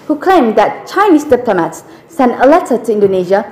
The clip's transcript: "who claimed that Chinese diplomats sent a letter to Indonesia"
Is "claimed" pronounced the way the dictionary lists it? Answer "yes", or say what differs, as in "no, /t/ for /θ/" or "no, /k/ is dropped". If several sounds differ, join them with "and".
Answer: no, /l/ is dropped